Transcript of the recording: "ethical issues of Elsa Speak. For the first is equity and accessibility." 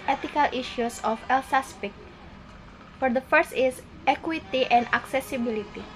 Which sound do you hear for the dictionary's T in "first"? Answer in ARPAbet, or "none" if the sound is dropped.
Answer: T